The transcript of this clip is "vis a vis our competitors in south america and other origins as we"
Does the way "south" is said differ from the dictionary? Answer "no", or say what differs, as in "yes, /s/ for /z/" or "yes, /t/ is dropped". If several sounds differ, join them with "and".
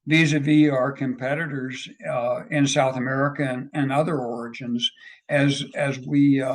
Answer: no